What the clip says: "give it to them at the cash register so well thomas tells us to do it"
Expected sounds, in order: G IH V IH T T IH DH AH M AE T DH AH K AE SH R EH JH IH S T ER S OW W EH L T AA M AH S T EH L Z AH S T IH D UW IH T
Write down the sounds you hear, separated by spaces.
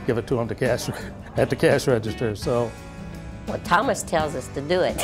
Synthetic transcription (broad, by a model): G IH V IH T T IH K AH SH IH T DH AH K AE SH R EH JH IH S T ER S OW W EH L T AA M AH S T EH L Z AH S T IH D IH IH T